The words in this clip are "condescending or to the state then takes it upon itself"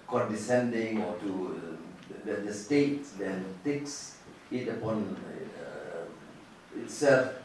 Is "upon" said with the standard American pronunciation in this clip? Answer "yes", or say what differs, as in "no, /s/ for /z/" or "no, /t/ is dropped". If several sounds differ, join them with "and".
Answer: yes